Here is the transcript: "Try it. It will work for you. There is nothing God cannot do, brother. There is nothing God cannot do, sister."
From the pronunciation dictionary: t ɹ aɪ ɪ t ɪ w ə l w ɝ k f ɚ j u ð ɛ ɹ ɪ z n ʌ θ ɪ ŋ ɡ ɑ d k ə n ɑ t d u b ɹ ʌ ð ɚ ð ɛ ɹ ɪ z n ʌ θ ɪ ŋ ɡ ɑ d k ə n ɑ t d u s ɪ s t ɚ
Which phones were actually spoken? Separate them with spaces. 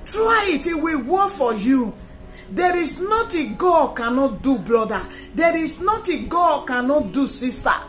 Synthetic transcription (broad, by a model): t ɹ aɪ ɪ t ɪ w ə w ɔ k f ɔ j u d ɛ ɹ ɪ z n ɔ t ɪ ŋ ɡ ɑ d k ə n ɑ t d u b l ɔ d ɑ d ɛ ɹ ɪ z n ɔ t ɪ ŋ ɡ ɑ d k ə n ɑ t d u s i s t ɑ